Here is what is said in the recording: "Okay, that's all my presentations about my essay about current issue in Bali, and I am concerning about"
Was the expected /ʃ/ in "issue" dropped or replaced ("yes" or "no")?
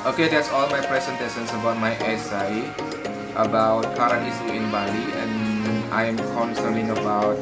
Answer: yes